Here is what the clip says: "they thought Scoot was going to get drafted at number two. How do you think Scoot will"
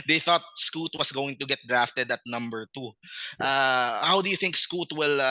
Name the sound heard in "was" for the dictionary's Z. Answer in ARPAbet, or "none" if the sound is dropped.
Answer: S